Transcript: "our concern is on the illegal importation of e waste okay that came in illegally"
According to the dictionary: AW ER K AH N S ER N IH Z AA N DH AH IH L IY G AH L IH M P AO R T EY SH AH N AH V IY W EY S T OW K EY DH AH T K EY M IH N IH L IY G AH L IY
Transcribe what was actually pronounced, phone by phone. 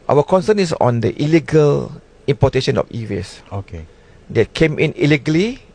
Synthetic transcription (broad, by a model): AW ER K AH N S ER N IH S AA N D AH IH L IY G AH L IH M P AO T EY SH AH N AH F IY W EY S OW K EY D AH T K EY M IH N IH L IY G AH L IY